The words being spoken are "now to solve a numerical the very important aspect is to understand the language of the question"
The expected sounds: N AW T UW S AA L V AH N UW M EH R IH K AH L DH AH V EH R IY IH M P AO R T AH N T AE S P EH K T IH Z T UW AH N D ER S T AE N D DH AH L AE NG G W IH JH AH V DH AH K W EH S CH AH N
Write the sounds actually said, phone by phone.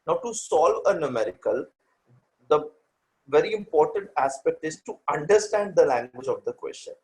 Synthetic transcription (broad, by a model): N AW T UW S AA L V AH N UW M EH R IH K AH L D AH V EH R IY IH M P AO R T AH N T AE S P EH K T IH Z T UW AH N D ER S T AE N D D AH L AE NG G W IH JH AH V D AH K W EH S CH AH N